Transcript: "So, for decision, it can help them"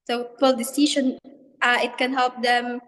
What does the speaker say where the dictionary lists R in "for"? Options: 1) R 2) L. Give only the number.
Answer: 2